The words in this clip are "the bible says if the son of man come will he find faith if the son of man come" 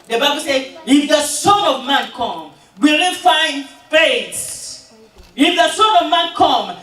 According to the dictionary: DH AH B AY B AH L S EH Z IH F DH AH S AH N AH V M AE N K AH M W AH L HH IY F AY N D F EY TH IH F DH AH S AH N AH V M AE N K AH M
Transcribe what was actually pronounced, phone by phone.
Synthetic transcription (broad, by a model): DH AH B AY B AH L S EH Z IH F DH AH S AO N AH V M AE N K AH M W AH L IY F AY N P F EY S IH F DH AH S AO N AH V M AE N K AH M